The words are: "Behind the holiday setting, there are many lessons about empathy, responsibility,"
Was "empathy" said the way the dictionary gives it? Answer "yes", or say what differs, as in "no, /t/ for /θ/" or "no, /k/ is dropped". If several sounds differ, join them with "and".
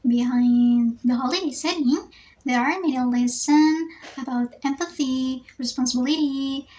yes